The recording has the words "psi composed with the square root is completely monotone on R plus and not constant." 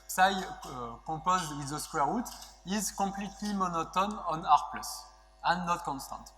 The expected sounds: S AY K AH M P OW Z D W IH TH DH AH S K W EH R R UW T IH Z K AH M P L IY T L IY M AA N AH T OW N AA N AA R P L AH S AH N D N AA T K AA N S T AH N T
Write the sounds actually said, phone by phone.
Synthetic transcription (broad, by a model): S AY K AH P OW Z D W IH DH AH S K W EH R R UW T IH Z K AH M P L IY T L IY M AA N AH T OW N AA N AA R P L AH S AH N N AA T K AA N S T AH N T